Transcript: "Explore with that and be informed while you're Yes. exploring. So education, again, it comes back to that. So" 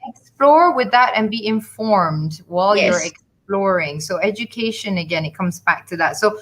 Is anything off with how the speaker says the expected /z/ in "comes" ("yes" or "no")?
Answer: no